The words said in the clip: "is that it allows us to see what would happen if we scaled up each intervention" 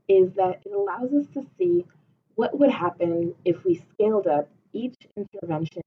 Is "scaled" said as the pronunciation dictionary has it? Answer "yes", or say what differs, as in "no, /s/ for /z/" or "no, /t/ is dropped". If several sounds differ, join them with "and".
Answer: yes